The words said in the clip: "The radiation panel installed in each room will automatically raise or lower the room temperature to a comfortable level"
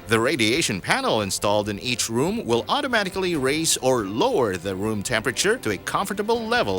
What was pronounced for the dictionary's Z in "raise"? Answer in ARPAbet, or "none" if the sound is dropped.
S